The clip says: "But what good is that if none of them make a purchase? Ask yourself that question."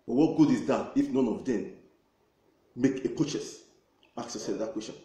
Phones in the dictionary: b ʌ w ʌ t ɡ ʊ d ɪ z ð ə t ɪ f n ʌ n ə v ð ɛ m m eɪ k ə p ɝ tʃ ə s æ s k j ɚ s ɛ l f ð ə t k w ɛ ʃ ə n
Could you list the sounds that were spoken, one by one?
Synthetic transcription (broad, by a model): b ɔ w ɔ t ɡ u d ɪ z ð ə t ɪ f n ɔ n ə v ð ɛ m m eɪ k ə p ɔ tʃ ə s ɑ k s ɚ s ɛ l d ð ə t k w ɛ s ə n